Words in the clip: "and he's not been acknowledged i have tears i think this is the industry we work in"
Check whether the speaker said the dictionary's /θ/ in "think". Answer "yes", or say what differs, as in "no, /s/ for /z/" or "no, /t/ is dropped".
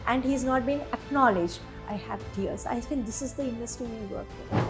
no, /f/ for /θ/